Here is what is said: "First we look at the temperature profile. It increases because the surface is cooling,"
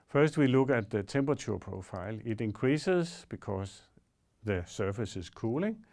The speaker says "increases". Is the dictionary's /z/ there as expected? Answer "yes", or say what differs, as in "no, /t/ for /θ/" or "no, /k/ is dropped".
no, /s/ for /z/